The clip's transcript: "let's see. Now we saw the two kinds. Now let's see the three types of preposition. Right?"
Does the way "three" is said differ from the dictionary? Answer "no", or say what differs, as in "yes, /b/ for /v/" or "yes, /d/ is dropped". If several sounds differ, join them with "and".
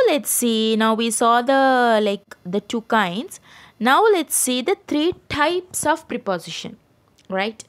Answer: yes, /t/ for /θ/